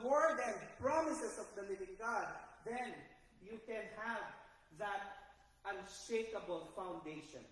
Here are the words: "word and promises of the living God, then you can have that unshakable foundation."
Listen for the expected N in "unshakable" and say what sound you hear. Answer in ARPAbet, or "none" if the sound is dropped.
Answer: N